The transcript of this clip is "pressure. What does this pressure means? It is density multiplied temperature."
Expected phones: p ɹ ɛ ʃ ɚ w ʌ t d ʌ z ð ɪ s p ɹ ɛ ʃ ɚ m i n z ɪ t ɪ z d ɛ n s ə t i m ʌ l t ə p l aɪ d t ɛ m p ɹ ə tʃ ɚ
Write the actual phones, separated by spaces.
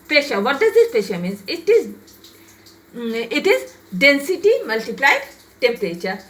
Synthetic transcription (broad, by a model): p ɹ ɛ ʃ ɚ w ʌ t d ʌ z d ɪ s p ɹ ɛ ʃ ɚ m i n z ɪ t ɪ z d ɛ n s ə t i m ʌ l t ə p l aɪ d t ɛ m p ɹ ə tʃ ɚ